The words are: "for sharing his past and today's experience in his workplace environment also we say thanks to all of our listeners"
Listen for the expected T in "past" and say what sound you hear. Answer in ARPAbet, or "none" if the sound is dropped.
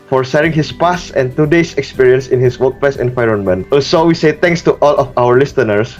none